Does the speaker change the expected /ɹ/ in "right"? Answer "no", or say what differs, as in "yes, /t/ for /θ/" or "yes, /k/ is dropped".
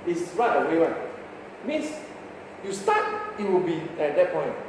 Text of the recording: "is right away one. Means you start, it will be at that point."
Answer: no